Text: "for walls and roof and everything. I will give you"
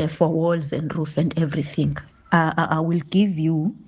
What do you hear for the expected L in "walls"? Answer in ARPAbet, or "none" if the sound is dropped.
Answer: L